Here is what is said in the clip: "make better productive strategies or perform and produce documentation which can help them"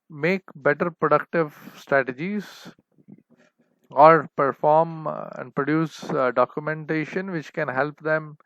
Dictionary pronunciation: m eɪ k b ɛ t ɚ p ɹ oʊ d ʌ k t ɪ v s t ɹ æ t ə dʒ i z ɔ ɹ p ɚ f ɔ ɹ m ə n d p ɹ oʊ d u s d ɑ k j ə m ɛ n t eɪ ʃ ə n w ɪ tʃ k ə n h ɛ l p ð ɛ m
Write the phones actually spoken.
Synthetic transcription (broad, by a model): m eɪ k b ɛ t ɚ p ɹ oʊ d ʌ k t ɪ v s t ɹ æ t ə dʒ i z ɔ ɹ p ɚ f ɔ ɹ m ə n d p ɹ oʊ d u s d ɑ k j ə m ɛ n t eɪ ʃ ə n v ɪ tʃ k ə n h ɛ l p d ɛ m